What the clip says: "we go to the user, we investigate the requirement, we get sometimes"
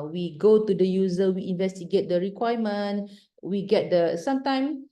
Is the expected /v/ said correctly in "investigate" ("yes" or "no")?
yes